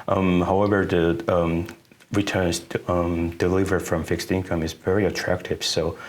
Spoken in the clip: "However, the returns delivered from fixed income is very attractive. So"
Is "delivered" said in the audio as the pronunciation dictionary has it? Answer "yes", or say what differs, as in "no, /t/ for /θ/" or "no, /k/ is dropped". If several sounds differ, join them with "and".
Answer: yes